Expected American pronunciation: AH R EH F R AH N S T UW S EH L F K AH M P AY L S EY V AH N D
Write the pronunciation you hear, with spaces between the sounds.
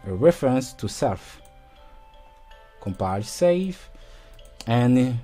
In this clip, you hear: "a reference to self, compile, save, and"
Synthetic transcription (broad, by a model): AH R EH F R AH N S T UW S EH L F K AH M P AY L S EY F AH N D